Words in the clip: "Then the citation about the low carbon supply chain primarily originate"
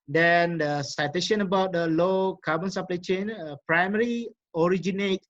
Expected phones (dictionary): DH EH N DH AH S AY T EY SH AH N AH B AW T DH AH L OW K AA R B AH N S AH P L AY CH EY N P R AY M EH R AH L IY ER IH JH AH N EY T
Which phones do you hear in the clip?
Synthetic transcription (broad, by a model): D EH N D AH S AY T EY SH AH N AH B AW T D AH L OW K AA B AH N S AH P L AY CH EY N P R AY M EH R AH IY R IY JH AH N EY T